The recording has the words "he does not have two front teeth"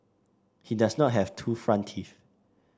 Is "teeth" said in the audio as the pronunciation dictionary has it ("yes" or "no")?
no